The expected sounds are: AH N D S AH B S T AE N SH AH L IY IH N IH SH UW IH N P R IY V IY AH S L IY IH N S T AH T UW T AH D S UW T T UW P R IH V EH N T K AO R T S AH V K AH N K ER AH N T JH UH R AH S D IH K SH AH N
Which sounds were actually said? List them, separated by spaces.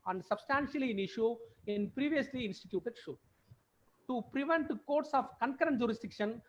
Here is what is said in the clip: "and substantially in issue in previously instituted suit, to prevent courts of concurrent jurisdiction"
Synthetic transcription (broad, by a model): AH N D S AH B S T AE N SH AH L IY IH N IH SH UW IH N P R IY V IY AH S L IY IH N S T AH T UW T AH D SH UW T T UW P R IH V EH N T K AO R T S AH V K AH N K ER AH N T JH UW R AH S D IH K SH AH N